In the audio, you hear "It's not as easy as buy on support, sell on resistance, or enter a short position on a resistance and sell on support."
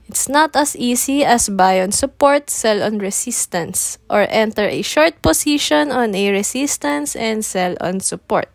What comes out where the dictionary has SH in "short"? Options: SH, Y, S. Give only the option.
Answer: SH